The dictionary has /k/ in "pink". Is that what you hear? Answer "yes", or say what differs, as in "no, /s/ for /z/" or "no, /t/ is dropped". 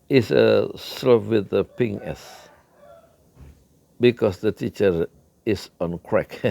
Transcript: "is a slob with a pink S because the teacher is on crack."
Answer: no, /k/ is dropped